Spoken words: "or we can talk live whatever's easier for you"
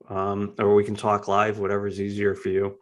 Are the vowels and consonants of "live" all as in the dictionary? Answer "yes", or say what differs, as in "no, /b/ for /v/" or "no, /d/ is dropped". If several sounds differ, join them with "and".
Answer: yes